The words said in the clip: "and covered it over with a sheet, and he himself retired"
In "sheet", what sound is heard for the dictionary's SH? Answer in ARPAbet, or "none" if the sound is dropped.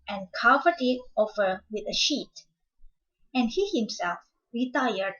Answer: SH